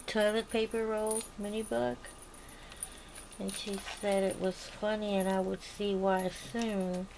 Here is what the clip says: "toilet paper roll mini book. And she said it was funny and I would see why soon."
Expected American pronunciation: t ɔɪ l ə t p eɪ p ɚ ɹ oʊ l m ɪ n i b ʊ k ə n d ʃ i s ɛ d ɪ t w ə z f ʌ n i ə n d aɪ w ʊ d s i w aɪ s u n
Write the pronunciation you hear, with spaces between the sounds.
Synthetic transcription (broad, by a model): t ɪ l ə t p eɪ p ɚ ɹ oʊ l m ɪ n i b ʊ k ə n ʃ i s ɛ d ɪ t w ə z f ʌ n i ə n aɪ w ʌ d s i w aɪ s u n